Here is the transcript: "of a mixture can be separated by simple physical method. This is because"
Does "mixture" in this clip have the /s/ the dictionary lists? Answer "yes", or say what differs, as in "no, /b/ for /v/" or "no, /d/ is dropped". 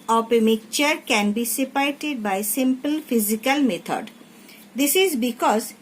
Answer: no, /s/ is dropped